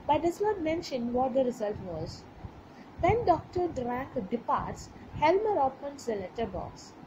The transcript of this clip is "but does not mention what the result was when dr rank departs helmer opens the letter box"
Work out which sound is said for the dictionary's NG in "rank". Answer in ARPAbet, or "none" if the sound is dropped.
none